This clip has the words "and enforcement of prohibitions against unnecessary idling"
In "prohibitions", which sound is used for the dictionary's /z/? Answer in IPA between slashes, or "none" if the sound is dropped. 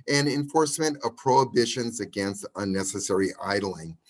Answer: /z/